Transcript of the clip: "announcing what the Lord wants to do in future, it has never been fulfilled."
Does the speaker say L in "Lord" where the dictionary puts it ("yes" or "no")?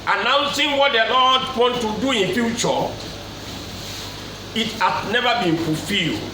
no